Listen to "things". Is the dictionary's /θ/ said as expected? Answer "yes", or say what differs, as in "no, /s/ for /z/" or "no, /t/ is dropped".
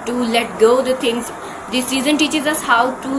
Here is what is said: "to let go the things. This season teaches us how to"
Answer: no, /t/ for /θ/